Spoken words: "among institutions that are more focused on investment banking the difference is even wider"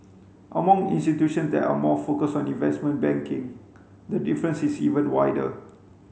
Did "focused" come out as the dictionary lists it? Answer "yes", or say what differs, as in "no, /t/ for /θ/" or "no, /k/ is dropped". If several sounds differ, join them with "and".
no, /t/ is dropped